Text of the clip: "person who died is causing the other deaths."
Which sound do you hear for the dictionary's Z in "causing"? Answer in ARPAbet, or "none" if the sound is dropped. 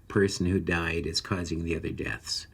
Z